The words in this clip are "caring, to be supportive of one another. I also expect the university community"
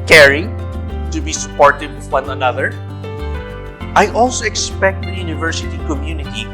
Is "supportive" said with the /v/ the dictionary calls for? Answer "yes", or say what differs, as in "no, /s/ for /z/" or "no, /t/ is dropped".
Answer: no, /w/ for /v/